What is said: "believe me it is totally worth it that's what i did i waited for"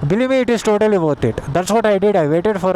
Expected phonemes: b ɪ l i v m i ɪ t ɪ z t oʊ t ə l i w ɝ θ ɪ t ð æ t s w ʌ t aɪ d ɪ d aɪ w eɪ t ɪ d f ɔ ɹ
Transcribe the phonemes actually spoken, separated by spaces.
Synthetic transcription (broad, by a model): b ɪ l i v m i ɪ t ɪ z t oʊ t ə l i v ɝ t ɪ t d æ t s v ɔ t aɪ d ɪ d aɪ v eɪ t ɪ d f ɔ ɹ